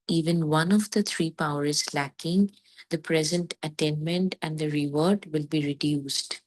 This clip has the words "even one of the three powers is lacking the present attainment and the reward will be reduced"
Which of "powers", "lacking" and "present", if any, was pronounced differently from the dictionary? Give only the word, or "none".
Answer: powers